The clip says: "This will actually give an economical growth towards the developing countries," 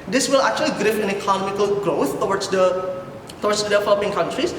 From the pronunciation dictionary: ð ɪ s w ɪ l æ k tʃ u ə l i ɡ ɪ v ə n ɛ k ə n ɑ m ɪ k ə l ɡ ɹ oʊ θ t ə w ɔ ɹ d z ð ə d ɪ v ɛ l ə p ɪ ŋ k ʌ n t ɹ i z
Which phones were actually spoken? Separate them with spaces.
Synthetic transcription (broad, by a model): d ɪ s w ɪ l æ k tʃ u ə l i ɡ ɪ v ə n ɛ k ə n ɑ m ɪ k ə l ɡ ɹ oʊ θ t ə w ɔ w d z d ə d ɪ v ɛ l ə p ɪ ŋ k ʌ n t ɹ i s